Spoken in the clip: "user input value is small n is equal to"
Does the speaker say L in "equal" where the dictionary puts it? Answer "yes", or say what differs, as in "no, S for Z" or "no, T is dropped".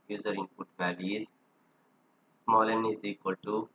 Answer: yes